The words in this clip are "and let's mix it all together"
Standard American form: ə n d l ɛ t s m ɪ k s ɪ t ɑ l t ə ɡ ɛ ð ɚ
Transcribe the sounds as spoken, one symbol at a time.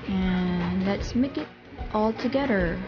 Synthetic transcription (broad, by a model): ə n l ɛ t s m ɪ k ɪ t ɑ l t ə ɡ ɛ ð ɚ